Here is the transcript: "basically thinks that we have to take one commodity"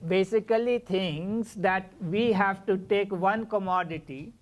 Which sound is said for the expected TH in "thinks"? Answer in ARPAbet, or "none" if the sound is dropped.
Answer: T